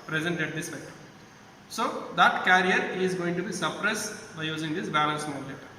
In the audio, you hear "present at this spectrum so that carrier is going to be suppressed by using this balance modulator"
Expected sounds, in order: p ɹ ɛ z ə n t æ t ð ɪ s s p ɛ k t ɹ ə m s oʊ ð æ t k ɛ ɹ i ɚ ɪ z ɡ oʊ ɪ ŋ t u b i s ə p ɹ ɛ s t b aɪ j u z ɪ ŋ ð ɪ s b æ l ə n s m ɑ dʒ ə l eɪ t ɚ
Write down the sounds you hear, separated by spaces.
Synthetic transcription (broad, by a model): p ɹ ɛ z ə n t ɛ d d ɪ s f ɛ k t ə s oʊ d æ t k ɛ ɹ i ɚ ɪ z ɡ oʊ ɪ ŋ t u b i s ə p ɹ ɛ s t b aɪ j u z ɪ ŋ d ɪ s b æ l ə n s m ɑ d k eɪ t